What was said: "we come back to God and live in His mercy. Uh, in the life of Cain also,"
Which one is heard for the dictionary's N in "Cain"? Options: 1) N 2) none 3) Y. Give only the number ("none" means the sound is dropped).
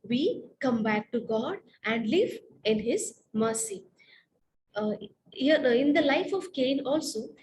1